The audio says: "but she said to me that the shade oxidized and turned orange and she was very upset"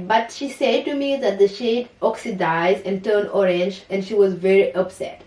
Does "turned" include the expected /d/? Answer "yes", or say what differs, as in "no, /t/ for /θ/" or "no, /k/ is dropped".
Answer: no, /d/ is dropped